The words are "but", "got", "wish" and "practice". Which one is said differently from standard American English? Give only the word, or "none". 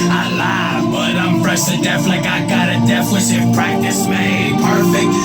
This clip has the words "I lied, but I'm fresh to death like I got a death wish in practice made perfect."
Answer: wish